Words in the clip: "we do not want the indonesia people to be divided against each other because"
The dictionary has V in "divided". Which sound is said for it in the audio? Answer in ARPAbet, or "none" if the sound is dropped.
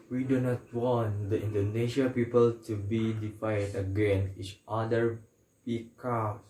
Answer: F